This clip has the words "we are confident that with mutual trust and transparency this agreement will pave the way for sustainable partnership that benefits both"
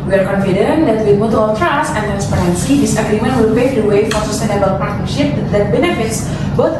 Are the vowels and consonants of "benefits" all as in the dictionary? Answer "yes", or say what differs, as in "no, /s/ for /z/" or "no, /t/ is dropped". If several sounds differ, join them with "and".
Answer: yes